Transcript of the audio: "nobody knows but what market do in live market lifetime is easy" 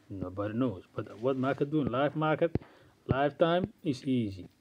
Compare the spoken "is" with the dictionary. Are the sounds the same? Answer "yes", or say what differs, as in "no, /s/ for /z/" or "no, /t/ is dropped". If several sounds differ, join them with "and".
no, /s/ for /z/